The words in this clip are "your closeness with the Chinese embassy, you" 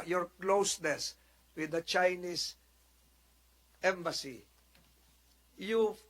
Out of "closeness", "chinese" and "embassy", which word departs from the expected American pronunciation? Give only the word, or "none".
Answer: chinese